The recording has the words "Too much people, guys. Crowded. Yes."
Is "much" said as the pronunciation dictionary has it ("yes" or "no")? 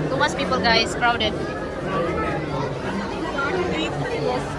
no